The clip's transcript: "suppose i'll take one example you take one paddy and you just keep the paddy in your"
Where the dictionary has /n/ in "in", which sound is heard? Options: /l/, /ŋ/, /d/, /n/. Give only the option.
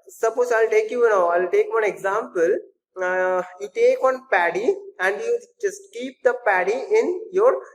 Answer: /n/